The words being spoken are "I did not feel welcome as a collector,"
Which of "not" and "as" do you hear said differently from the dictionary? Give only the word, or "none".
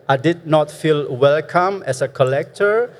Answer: as